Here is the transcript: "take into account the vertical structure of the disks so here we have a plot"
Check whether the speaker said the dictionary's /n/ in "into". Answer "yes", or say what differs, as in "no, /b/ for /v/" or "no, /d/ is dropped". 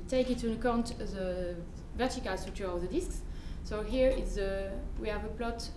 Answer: no, /n/ is dropped